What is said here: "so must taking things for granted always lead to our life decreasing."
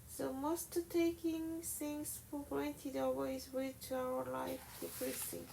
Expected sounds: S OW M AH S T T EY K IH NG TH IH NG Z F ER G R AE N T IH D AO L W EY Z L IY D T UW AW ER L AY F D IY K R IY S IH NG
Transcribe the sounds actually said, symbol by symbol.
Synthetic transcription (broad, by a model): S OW M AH S T T EY K IH NG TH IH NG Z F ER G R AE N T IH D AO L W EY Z W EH T UW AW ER L AY F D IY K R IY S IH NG